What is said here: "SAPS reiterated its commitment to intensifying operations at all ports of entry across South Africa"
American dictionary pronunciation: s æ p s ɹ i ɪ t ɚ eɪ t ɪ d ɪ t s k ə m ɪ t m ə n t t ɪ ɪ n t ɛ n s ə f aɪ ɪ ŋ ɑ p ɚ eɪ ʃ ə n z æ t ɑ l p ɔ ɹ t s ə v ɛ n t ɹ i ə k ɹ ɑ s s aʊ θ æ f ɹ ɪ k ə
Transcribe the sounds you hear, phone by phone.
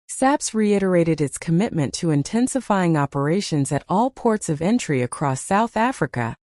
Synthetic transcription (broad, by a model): s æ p s ɹ i ɪ t ɚ eɪ t ɪ d ɪ t s k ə m ɪ t m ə n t t ɪ ɪ n t ɛ n s ə f aɪ ɪ ŋ ɑ p ɚ eɪ ʃ ə n z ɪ t ɑ l p ɔ ɹ t s ə v ɛ n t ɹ i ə k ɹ ɑ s s aʊ θ æ f ɹ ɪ k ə